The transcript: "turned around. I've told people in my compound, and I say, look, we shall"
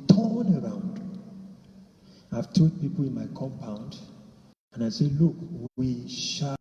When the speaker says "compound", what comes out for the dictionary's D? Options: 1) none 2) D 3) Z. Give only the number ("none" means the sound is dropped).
2